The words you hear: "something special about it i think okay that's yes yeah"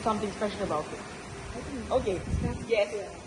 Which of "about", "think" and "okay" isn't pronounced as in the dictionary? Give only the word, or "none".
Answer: think